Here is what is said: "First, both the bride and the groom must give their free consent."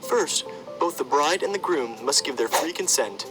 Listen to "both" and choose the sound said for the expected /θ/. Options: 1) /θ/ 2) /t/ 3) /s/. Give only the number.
1